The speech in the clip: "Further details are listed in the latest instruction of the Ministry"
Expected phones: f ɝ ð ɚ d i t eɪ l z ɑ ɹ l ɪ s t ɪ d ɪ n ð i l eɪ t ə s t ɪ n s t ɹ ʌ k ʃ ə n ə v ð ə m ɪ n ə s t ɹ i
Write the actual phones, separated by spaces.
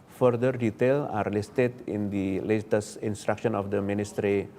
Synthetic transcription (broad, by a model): f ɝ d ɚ d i t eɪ l ɑ ɹ l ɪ s t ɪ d ɪ n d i l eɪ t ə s ɪ n s t ɹ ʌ k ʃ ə n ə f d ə m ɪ n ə s t ɹ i